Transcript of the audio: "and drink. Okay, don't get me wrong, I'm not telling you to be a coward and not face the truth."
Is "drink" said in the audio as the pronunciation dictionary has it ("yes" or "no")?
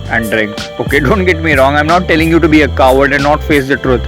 yes